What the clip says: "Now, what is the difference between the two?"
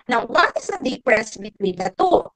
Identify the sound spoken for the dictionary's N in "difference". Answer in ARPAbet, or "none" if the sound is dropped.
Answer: none